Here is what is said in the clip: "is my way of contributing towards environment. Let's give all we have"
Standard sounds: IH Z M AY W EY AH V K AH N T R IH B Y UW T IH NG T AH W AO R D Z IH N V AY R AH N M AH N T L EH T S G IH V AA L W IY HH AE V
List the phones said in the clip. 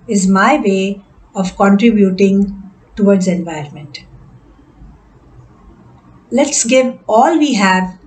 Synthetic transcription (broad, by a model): IH Z M AY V EY AH V K AH N T R IH B Y UW T IH NG T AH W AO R D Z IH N V AY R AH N M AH N T L EH T S G IH V AA L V IY HH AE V